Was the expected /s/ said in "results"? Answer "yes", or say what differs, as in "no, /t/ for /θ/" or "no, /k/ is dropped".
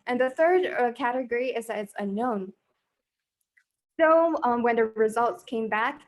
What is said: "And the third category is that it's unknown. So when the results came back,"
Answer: yes